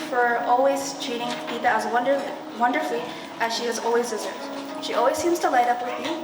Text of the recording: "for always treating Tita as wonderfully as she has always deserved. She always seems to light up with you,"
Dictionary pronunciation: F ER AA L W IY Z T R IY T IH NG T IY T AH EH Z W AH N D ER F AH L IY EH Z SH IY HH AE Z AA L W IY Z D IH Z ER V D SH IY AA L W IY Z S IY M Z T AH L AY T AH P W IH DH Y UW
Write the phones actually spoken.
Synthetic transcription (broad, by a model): F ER AA L W IY Z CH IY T IH NG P IY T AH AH Z W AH N D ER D AH L IY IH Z SH IY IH Z AA L W IY Z D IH Z ER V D SH IY AA L W IY Z S IY M Z T AH L AY T AH P W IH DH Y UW